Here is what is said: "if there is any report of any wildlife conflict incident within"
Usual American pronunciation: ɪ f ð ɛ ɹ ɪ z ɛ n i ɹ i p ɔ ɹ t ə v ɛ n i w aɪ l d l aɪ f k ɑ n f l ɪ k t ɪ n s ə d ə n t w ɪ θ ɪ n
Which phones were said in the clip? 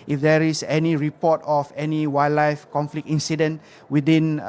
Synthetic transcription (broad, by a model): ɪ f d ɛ ɹ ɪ s ɛ n i ɹ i p ɔ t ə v ɛ n i w aɪ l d l aɪ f k ɑ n f l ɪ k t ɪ n s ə d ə n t w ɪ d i n